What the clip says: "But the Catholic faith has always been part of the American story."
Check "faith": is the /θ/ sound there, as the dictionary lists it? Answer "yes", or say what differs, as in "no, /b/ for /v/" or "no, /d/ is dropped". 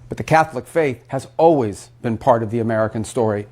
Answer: yes